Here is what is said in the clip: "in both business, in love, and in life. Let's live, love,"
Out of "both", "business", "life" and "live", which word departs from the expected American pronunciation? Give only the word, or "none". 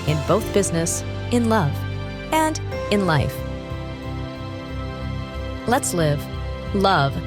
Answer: none